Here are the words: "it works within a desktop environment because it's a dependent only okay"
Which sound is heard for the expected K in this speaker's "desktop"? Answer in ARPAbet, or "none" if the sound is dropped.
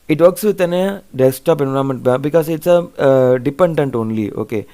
none